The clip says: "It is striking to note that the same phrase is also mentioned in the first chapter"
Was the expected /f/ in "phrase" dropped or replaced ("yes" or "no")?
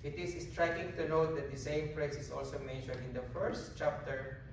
yes